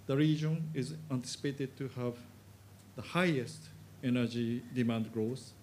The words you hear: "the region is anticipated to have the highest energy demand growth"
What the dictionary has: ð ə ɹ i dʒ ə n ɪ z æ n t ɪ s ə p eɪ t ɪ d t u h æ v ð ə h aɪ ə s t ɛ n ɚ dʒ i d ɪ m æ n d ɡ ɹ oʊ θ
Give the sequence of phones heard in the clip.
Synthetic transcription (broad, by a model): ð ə ɹ i dʒ ə n ɪ z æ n t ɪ s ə p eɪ t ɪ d t u h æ v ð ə h aɪ ə s t ɛ n ɚ dʒ i d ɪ m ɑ n d ɡ ɹ oʊ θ